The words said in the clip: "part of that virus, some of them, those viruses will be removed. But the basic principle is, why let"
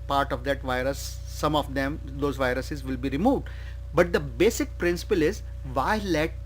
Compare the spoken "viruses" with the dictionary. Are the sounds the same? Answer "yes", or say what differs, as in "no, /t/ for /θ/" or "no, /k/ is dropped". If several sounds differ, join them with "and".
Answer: yes